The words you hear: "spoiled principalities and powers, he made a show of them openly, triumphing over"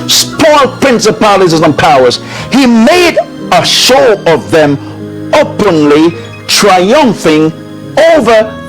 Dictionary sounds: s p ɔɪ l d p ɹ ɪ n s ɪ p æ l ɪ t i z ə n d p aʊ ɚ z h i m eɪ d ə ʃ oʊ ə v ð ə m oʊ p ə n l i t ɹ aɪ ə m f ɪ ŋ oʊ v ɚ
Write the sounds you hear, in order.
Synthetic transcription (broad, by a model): s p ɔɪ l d p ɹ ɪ n s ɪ p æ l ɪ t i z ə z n p aʊ ɚ z h i m eɪ d ə ʃ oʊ ə v ð ə m oʊ p ə n l i t ɹ aɪ ə m f ɪ ŋ oʊ v ɚ